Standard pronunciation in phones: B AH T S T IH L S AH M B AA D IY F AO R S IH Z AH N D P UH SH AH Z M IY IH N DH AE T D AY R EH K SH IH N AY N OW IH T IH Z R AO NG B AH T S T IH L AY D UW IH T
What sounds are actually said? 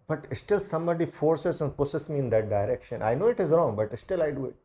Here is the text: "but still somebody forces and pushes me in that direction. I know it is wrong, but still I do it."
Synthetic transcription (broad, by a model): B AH T S T IH L S AH M B AA D IY F AO R S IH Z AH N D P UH S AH S M IY IH N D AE T D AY R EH K SH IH N AY N OW IH T IH Z R AO NG B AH T S T IH L AY D UW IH T